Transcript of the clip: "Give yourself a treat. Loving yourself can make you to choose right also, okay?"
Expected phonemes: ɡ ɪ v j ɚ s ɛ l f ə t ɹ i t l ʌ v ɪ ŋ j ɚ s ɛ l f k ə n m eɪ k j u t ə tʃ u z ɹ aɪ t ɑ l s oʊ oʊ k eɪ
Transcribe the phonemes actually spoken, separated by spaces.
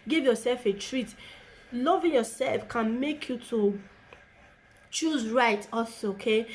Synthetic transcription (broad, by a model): ɡ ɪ v j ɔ s ɛ l f ə t ɹ i t l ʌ v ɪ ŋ j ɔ s ɛ l f k ə n m eɪ k j u t ə tʃ u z ɹ aɪ t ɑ s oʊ oʊ k eɪ